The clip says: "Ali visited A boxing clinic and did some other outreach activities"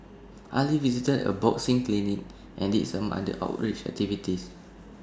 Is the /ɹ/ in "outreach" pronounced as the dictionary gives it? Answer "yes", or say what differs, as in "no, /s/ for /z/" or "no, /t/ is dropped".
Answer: yes